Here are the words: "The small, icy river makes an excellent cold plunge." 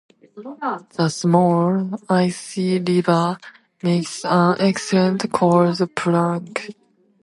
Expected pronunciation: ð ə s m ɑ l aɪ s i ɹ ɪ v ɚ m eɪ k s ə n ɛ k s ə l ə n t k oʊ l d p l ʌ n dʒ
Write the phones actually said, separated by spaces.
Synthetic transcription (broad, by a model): ð ə s m ɑ l aɪ s i l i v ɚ m eɪ k s ə n ɛ k s ə l ə n t k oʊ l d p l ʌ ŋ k